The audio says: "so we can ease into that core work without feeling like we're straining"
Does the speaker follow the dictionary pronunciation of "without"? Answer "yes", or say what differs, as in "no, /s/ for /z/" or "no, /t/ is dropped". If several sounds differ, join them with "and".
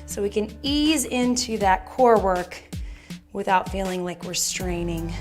yes